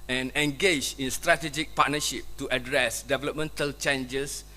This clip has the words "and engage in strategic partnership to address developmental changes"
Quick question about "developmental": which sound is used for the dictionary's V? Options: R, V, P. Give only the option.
V